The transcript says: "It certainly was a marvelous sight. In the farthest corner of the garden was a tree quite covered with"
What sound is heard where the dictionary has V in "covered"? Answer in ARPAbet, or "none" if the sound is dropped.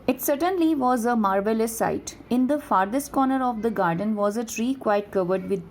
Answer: V